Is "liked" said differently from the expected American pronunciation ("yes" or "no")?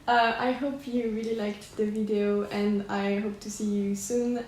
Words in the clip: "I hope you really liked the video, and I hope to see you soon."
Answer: no